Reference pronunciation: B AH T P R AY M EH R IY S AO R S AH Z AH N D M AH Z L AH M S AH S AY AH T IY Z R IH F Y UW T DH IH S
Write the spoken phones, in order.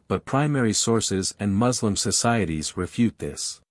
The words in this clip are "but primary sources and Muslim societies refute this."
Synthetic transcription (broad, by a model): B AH T P R AY M EH R IY S AO R S AH Z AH N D M AH Z L AH M S AH S AY AH T IY Z R IH F Y UW T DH IH S